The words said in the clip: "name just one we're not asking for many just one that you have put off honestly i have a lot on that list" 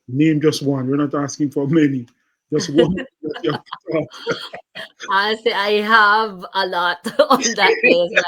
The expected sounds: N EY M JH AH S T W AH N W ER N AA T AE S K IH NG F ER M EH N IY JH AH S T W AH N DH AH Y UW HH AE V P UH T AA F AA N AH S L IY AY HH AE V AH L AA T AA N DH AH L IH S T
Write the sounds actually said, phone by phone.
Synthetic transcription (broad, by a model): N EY M JH AH S T W AH N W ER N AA T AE S K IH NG F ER M EH N IY JH AH S T W AH N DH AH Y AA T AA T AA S IY AY HH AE V AH L AA T AA N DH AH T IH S